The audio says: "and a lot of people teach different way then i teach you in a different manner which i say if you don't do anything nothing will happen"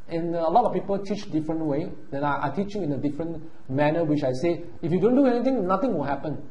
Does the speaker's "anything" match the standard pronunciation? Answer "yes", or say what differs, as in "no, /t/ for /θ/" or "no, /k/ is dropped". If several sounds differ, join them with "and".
no, /t/ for /θ/